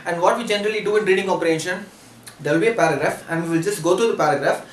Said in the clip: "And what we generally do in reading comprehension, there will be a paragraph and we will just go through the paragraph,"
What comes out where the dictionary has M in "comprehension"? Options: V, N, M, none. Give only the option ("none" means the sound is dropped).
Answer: none